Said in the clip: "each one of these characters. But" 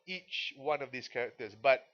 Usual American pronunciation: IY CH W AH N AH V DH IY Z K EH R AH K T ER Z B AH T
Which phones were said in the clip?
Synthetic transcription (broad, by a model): IY CH W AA N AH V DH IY S K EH R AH K T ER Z B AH T